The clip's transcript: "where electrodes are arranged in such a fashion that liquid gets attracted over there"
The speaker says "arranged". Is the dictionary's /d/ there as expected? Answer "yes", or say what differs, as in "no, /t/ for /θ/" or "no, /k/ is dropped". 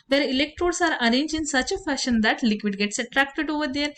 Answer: no, /d/ is dropped